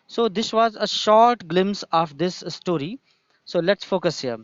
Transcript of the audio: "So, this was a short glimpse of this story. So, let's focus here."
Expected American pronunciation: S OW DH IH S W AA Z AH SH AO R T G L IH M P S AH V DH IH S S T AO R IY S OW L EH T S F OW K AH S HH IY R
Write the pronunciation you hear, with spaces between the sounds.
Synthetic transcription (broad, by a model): S OW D IH S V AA Z AH SH AO R T G L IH M S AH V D IH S S T AO R IY S OW L EH T S F OW K AH S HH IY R